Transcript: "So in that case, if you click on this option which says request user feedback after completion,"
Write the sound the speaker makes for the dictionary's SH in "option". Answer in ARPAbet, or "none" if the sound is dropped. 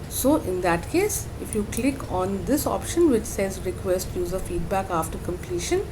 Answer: SH